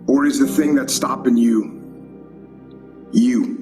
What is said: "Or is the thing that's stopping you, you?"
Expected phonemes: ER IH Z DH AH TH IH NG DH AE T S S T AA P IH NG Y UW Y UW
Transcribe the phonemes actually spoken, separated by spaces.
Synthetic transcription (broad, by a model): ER IH Z DH AH TH IH NG DH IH T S S T AA P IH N Y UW Y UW